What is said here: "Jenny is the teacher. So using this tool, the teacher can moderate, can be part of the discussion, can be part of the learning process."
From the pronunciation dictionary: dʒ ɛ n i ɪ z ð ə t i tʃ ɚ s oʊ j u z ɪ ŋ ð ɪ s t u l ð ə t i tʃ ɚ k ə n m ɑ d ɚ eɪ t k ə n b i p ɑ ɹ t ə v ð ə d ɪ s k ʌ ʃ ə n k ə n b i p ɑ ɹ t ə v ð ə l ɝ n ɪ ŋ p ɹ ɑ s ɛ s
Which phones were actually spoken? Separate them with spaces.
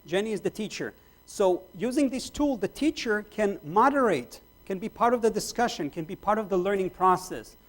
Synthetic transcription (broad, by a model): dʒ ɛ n i ɪ z ð ə t i tʃ ɚ s oʊ j u z ɪ ŋ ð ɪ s t u l ð ə t i tʃ ɚ k ə n m ɑ d ɚ eɪ t k ə n b i p ɑ ɹ t ə v ð ə d ɪ s k ʌ ʃ ə n k ə n b i p ɑ ɹ t ə v ð ə l ɝ n ɪ ŋ p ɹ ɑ s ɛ s